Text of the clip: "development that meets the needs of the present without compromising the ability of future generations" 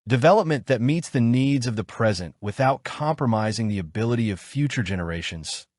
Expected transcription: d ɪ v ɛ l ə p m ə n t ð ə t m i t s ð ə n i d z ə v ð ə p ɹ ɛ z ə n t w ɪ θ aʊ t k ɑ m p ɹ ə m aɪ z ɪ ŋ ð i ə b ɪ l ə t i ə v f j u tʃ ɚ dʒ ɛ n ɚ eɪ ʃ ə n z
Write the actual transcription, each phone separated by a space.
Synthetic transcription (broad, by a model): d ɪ v ɛ l ə p m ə n ð ə t m i t s ð ə n i d z ə v ð ə p ɹ ɛ z ə n t w ɪ θ aʊ t k ɑ m p ɹ ə m aɪ z ɪ ŋ ð i ə b ɪ l ə t i ə v f j u tʃ ɚ dʒ ɛ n ɚ eɪ ʃ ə n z